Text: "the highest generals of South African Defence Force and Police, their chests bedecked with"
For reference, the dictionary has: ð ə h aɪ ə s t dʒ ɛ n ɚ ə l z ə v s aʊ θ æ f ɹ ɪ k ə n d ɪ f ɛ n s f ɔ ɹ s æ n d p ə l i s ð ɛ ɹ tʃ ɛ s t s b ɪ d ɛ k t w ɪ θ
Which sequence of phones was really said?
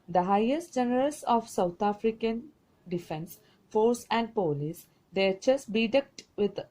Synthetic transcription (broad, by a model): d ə h aɪ ə s t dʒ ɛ n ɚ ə l s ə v s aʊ t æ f ɹ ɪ k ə n d ɪ f ɛ n s f ɔ ɹ s æ n d p ə l i s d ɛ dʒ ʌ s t b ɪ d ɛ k t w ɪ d